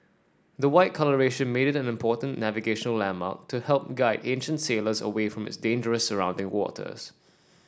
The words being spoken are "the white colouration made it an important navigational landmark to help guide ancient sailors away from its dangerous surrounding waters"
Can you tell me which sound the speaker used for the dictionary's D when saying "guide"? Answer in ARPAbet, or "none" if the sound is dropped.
D